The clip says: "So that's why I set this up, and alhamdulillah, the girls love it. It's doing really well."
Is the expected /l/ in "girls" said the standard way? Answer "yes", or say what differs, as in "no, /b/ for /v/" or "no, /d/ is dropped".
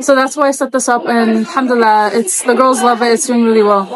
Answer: yes